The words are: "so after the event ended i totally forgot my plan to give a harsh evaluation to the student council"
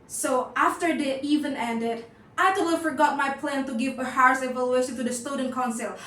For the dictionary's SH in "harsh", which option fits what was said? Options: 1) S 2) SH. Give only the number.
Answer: 1